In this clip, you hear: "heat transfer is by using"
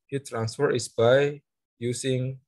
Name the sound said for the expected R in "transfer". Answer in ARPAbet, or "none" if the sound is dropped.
R